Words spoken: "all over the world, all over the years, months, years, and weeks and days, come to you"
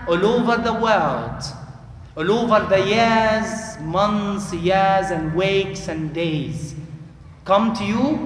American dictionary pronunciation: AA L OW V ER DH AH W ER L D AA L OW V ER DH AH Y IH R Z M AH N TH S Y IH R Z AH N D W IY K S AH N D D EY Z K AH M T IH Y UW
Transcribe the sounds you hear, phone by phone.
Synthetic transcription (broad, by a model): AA L OW V ER DH AH W ER L D AA L OW V ER DH AH Y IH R Z M AH N TH S Y IH R Z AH N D W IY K S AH N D D EY Z K AH M T IH Y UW